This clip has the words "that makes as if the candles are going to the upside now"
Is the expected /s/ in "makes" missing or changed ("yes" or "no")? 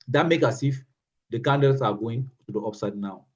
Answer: yes